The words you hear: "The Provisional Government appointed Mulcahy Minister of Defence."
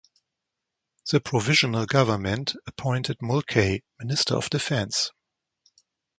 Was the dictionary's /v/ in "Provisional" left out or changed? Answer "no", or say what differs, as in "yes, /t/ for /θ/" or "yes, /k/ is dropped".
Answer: no